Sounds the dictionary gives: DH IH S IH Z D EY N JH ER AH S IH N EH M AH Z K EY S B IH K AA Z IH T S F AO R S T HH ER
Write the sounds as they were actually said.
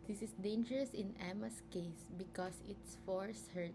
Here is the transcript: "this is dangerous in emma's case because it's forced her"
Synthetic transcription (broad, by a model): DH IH S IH S D EY N JH ER AH S IH N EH M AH S K EY S B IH K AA S IH T S F AO R S HH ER